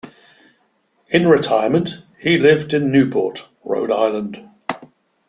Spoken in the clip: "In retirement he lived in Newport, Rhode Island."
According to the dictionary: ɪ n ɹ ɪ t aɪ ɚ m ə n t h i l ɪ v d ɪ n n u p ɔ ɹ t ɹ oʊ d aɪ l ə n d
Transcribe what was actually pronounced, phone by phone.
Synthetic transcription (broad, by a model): ɪ n ɹ ɪ t aɪ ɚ m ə n t h i l ɪ v d ɪ n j u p ɔ t ɹ oʊ d aɪ l ə n d